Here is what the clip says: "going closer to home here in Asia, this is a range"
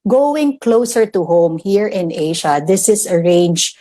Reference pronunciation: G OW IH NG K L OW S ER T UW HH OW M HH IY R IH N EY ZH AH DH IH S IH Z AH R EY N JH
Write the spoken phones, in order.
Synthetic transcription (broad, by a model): G OW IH NG K L OW S ER T UW HH OW M HH IY R IH N EY SH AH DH IH S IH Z AH R EY N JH